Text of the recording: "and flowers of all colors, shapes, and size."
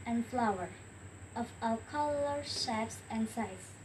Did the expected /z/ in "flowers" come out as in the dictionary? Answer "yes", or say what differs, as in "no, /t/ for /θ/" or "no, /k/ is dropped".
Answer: no, /z/ is dropped